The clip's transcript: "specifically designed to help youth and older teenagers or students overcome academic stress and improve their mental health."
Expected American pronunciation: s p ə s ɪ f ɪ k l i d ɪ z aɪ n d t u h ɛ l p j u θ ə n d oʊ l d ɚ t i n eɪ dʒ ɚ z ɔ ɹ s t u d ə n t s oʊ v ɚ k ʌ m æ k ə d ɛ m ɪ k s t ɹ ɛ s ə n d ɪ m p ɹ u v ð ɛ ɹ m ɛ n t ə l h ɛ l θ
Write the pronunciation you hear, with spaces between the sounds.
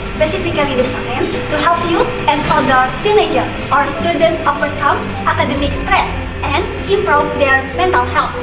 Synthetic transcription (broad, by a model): s p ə s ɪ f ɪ k l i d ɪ s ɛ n t u h ɛ l p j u ə n d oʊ d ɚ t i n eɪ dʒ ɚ ɔ ɹ s t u d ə n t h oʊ p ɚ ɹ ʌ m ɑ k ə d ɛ m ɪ k s t ɹ ɛ s ə n d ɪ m p ɹ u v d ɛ ɹ m ɛ n t ə l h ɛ l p